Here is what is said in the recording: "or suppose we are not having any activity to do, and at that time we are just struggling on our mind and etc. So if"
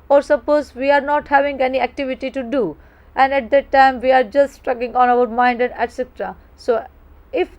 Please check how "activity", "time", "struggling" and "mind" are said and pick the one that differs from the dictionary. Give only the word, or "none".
struggling